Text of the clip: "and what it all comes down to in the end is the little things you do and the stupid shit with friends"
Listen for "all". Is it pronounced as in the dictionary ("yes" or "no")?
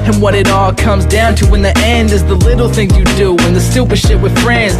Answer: yes